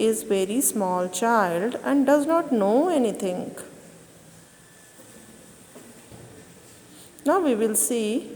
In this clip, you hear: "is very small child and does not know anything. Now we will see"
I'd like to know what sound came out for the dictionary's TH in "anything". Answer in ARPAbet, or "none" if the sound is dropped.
T